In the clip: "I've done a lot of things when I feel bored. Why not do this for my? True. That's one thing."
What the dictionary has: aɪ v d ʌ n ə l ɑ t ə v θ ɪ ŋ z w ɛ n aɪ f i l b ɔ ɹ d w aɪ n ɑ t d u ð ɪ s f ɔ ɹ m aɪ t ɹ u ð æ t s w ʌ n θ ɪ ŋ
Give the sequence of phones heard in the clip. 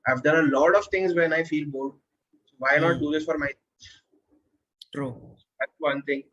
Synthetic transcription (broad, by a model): aɪ v d ʌ n ə l ɑ t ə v t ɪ ŋ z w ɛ n aɪ f i l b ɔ l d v aɪ n ɑ t d u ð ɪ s f ɔ ɹ m aɪ t ɹ u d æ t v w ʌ n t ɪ ŋ